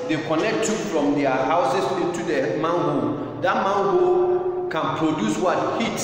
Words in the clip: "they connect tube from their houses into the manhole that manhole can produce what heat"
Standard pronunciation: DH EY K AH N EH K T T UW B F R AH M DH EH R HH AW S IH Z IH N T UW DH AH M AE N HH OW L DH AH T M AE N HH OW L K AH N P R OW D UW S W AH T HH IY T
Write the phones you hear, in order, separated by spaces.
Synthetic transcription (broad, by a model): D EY K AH N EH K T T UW F R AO M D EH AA HH AW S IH S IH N T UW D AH M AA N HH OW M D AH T M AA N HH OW K AH N P R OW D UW S W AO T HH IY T